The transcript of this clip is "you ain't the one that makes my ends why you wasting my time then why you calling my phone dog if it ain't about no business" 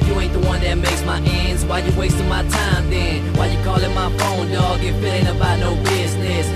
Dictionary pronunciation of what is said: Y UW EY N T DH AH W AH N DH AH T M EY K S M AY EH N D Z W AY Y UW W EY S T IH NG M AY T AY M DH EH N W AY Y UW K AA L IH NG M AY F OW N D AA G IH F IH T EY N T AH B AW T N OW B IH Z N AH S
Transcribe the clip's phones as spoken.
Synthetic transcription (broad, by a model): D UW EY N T DH AH W AH N DH AH T M EY K S M AY EH N D Z W AY Y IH W EY S T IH M AY T AY M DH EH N W AY Y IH K AA L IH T M AY F OW N D AA G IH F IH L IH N AH B AW T N OW B IH Z N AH S